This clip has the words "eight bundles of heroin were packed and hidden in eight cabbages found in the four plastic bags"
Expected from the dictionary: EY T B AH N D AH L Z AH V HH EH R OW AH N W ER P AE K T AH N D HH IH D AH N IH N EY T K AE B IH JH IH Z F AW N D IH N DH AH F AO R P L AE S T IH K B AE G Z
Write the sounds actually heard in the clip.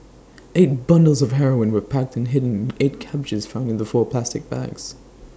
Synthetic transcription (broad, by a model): EY T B AH N D L Z AH V HH EH R OW AH N W ER P AE K T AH N HH IH D N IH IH T K AE B IH JH IH Z F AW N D IH N DH AH F AO R P L AE S T IH K B AE G Z